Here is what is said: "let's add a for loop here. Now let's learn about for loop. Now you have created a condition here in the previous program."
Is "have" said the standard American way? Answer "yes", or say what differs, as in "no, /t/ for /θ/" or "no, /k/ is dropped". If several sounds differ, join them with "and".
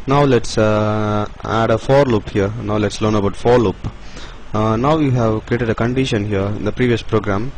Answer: yes